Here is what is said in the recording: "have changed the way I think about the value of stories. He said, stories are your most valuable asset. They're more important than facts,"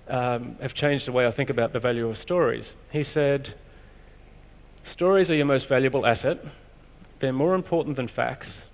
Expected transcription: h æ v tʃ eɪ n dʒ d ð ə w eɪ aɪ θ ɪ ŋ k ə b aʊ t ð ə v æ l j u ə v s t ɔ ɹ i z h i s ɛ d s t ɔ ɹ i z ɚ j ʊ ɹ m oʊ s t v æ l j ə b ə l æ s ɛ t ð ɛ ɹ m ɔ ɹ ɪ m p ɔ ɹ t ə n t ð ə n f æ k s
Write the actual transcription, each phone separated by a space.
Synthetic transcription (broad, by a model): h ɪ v tʃ eɪ n dʒ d ð ə w eɪ aɪ θ ɪ ŋ k ə b aʊ t ð ə v æ l j u ə v s t ɔ ɹ i z h i s ɛ d s t ɔ ɹ i z ɚ j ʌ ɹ m oʊ s t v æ l j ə b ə l æ s ɛ t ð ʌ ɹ m ɔ ɹ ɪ m p ɔ ɹ t n ð ə n f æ k s